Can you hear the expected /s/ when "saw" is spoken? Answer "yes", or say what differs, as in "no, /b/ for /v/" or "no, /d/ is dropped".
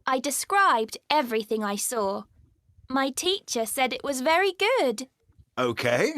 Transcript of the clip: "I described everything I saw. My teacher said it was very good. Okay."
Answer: yes